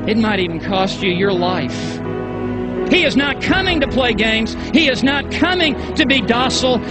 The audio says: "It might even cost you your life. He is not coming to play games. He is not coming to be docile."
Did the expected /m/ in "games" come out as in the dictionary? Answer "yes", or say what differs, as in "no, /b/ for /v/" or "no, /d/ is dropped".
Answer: yes